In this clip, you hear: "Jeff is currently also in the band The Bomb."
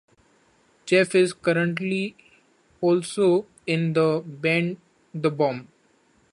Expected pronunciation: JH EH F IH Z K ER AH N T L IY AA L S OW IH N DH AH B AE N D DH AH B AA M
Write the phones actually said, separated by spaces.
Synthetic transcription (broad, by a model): CH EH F IH Z K ER AH N T L IY AA L S OW IH N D AH B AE N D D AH B AA M